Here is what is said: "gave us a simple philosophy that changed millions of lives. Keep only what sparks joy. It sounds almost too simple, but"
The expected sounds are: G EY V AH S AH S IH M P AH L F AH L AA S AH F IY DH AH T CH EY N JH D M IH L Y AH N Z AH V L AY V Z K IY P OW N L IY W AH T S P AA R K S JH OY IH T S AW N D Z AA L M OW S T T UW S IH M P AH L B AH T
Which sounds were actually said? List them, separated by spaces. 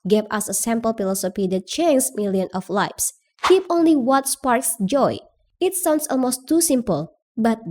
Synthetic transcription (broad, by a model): G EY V AH S AH S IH M P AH L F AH L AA S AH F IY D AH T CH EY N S M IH L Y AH N AH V L AY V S K IY P OW N L IY W AH T S P AA R K S JH OY IH T S AW N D S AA L M OW S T T UW S IH M P AH L B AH T